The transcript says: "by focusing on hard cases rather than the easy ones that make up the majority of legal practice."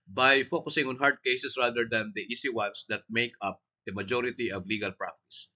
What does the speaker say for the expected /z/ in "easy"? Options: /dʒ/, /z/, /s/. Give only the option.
/s/